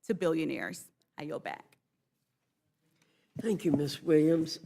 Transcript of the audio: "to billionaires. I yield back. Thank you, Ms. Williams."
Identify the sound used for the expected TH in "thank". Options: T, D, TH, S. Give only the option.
TH